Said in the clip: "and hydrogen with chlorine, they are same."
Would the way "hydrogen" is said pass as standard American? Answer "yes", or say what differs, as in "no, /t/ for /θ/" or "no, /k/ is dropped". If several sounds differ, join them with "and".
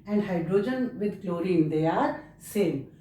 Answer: yes